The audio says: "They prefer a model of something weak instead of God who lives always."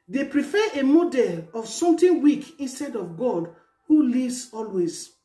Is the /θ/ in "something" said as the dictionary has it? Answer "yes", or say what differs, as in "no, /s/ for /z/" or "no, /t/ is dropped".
no, /t/ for /θ/